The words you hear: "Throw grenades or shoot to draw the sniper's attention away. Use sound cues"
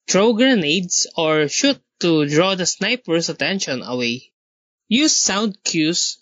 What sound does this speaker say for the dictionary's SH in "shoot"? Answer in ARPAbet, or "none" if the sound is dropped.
SH